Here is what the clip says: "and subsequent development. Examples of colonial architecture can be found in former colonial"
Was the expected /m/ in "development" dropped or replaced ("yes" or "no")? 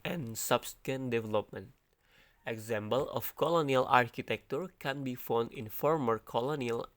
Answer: no